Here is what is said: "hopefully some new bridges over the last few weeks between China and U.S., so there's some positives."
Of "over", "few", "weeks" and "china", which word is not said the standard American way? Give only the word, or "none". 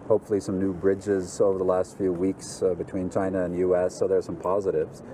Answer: none